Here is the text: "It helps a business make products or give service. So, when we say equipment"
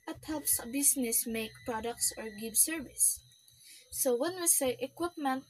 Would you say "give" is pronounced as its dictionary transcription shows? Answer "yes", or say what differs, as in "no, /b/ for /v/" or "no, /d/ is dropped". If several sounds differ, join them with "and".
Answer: no, /b/ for /v/